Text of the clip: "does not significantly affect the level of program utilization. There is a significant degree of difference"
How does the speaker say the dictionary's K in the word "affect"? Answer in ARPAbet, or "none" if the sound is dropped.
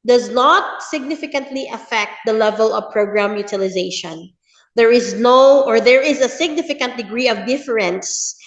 K